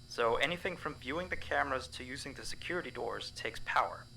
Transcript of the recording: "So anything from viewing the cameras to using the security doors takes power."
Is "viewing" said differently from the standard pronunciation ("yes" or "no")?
no